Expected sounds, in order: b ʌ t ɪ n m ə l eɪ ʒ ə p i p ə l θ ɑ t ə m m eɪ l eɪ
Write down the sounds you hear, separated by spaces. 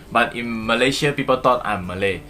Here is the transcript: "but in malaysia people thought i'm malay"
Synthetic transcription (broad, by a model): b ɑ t ɪ n m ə l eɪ ʃ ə p i p ə l t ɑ t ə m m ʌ l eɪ